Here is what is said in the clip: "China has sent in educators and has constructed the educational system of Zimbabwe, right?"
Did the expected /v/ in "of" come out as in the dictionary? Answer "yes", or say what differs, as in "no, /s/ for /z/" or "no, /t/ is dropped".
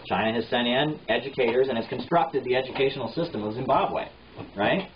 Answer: yes